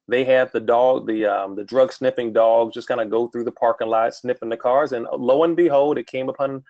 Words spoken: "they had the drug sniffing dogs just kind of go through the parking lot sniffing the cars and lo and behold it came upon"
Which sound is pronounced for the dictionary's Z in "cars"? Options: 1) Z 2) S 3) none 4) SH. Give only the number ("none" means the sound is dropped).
1